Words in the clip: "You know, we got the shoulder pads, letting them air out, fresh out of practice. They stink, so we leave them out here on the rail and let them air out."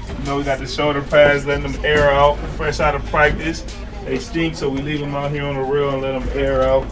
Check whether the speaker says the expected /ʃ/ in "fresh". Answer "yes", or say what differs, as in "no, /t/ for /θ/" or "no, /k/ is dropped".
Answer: no, /s/ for /ʃ/